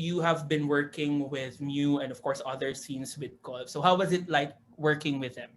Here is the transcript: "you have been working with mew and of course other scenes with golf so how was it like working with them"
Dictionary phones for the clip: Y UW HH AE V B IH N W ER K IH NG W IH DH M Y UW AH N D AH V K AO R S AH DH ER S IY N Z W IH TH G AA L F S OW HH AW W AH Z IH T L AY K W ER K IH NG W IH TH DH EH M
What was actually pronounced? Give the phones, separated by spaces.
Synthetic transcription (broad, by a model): Y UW HH AE V B IH N W ER K IH NG W IH DH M Y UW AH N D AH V K AO R S AH DH ER S IY N S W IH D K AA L S OW HH AW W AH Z IH T L AY K W ER K IH NG W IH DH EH M